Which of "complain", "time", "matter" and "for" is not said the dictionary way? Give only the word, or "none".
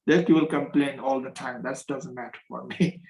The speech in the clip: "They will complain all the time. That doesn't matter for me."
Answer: none